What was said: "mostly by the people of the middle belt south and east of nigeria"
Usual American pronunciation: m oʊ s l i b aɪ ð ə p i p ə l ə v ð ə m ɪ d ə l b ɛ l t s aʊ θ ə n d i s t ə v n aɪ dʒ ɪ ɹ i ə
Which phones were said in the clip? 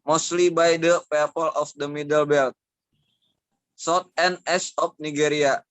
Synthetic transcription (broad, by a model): m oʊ s l i b aɪ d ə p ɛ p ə l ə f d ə m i d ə l b ɛ l t s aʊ t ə n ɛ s ə p n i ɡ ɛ ɹ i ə